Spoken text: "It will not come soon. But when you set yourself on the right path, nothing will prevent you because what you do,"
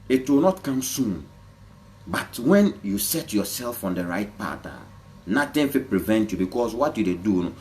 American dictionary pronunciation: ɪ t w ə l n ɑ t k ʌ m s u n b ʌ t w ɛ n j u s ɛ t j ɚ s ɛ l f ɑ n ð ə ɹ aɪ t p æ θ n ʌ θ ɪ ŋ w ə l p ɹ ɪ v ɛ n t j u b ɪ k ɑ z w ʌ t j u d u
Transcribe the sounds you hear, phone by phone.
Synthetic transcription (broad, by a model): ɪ t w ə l n ɑ t k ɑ m s u n b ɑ t w ɛ n j u s ɛ t j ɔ s ɛ l f ɑ n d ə ɹ aɪ t p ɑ t n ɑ t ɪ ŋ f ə p ɹ ɪ v ɛ n t j u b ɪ k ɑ s w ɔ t j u d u